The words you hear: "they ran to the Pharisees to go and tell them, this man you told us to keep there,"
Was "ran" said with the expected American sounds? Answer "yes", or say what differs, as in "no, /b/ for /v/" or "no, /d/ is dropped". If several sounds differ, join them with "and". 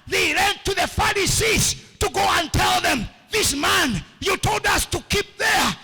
no, /l/ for /ɹ/